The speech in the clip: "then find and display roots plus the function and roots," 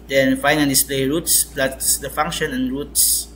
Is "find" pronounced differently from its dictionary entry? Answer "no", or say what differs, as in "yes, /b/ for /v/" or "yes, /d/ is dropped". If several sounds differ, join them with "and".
yes, /d/ is dropped